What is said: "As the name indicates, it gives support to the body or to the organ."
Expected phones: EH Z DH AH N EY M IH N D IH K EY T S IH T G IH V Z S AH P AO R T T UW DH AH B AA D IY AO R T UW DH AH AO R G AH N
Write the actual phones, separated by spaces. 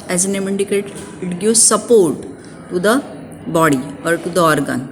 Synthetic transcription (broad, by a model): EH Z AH N EY M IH N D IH K EY T IH T G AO Z S AH P AO R T T UW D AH B AA D IY AO R T UW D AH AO R G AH N